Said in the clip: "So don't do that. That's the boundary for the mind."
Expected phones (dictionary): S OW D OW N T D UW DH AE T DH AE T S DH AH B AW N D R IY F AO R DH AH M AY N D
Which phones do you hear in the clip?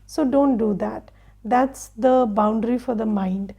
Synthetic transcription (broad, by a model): S OW D OW N T D UW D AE T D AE T S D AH B AW N D R IY F AO R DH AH M AY N D